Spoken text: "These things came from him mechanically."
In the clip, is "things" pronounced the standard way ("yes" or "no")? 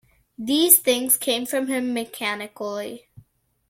yes